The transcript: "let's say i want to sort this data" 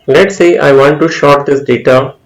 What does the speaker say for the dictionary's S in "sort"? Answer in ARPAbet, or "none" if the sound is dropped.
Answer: SH